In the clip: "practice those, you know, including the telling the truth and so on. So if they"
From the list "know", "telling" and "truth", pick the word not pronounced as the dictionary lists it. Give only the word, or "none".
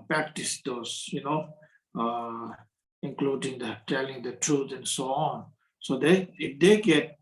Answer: truth